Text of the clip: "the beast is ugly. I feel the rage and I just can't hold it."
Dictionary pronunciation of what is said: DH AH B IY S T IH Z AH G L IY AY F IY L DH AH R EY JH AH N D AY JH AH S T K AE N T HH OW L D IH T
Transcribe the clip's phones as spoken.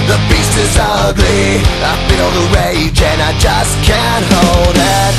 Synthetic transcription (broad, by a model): DH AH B IY S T IH Z AH G L IY AY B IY N DH AH R EY JH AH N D AY JH AH S K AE N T HH OW L D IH T